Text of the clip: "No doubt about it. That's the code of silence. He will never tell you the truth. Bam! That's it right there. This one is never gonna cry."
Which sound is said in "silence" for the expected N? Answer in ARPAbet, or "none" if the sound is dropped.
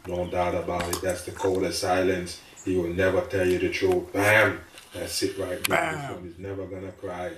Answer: N